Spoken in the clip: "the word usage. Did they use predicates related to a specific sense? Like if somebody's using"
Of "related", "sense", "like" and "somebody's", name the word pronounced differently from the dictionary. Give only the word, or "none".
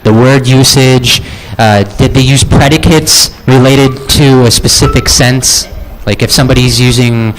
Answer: none